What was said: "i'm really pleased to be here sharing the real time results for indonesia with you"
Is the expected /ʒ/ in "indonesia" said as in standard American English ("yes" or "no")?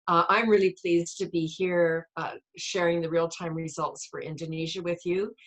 yes